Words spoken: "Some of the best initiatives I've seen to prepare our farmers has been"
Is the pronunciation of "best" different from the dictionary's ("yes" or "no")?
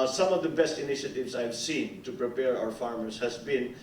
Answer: no